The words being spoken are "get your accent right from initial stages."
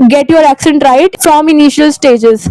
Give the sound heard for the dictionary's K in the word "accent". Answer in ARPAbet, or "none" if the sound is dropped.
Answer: K